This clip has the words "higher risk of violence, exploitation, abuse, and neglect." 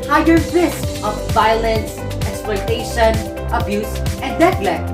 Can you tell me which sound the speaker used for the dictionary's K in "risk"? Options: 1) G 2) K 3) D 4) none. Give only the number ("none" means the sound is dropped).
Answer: 4